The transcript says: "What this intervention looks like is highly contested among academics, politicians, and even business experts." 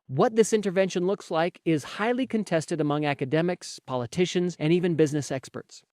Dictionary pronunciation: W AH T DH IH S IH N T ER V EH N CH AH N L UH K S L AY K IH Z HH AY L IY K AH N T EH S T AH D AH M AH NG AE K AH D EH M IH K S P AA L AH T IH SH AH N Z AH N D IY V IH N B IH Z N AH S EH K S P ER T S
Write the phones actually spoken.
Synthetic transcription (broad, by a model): W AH T DH IH S IH N T ER V EH N SH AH N L UH K S L AY K IH Z HH AY L IY K AH N T EH S T AH D AH M AH NG AE K AH D EH M IH K S P AA L AH T IH SH AH N Z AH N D IY V IH N B IH Z N AH S EH K S P ER T S